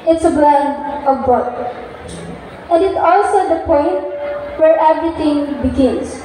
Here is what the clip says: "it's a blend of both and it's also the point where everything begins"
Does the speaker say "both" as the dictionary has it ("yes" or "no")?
no